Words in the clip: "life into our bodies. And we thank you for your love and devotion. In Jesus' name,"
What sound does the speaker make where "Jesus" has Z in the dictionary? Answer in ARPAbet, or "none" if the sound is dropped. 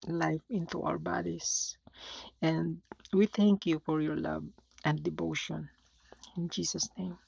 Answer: S